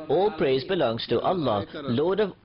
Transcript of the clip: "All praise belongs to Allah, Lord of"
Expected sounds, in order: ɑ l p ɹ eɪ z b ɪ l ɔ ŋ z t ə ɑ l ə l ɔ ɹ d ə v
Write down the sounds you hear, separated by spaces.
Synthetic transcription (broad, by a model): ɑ l p ɹ eɪ z b ɪ l ɔ ŋ z t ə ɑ l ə l ɔ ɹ d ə v